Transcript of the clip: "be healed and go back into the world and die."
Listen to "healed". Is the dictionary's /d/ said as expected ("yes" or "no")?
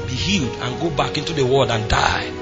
yes